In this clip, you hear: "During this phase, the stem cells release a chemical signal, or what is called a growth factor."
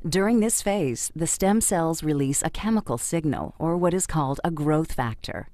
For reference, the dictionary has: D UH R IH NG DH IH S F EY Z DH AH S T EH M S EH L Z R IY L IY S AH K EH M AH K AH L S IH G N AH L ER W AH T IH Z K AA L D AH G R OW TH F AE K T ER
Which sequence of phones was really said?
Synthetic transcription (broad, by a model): D UH R IH NG DH IH S F EY Z DH AH S T EH M S EH L Z R IY L IY S AH K EH M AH K L S IH G N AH L ER W AH T IH Z K AA L D AH G R OW TH F AE K T ER